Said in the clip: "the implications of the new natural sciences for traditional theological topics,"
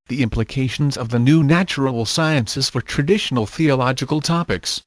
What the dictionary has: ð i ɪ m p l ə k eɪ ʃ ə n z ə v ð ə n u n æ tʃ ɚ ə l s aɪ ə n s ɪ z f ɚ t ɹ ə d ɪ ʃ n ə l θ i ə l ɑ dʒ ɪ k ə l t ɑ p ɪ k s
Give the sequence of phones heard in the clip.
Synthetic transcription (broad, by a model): ð i ɪ m p l ə k eɪ ʃ ə n z ə v ð ə n u n æ tʃ ɚ ə l s aɪ ə n s ɪ z f ɚ t ɹ ə d ɪ ʃ n ə l θ i ə l ɑ dʒ ɪ k ə l t ɑ p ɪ k s